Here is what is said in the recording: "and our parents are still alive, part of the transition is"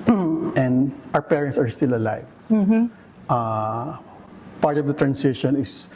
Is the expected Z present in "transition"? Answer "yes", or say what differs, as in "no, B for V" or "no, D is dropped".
no, S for Z